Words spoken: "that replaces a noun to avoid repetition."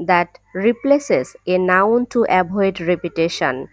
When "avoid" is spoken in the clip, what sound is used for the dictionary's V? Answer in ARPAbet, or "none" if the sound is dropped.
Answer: B